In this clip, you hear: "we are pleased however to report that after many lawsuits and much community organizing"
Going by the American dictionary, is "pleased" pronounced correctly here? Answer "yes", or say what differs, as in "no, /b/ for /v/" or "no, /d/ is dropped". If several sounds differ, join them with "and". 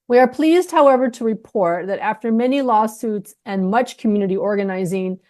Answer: yes